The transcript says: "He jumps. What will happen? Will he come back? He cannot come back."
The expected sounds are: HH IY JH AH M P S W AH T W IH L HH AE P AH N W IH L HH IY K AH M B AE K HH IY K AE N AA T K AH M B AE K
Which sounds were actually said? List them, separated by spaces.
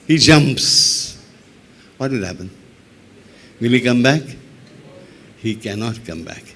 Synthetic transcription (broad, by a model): HH IY JH AH M P S W AH T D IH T HH AE P AH N W IH L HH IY K AH M B AE K HH IY K AE N AA T K AH M B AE K